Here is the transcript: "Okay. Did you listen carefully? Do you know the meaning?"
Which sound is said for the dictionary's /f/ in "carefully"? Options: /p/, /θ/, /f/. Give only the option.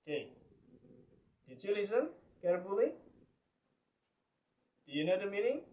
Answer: /p/